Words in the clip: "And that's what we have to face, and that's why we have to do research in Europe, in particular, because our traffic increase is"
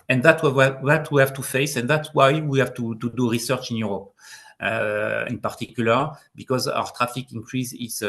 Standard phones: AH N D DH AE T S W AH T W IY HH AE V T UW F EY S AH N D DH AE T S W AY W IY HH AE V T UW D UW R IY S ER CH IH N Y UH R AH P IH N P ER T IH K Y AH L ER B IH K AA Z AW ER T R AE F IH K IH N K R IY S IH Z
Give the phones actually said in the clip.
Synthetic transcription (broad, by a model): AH N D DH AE T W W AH T W IY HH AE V T UW F EY S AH N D DH AE T S W AY W IY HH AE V T UW D UW R IY S ER CH IH N Y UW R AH P IH N P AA T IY K Y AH L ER B IH K AA Z AW ER T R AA F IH K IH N K R IY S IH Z